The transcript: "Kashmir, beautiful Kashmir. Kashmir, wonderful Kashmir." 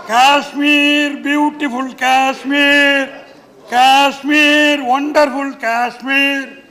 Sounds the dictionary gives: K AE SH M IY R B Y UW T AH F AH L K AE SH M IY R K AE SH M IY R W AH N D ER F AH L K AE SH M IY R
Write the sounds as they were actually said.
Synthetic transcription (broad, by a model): K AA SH M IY R B Y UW T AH P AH L K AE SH M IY R K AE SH M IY R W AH N D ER P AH L K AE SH M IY R